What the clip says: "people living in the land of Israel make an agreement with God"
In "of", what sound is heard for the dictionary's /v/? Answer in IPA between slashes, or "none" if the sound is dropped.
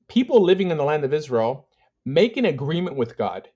/v/